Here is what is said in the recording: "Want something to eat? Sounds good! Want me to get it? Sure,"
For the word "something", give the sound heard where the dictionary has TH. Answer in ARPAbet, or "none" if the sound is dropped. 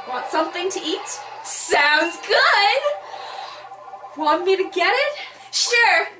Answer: TH